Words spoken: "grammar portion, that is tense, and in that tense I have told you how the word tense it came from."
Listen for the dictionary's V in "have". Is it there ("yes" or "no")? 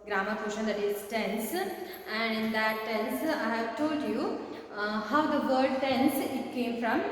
yes